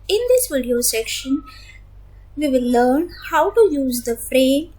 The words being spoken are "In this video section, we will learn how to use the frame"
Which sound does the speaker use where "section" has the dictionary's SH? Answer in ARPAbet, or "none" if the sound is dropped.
SH